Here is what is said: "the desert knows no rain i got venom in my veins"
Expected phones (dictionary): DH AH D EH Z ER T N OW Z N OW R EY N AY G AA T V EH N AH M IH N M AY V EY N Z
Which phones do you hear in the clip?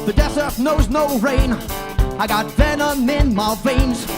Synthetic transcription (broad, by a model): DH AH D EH S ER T N OW Z N OW R EY N AY G AA T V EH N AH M IH N M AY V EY N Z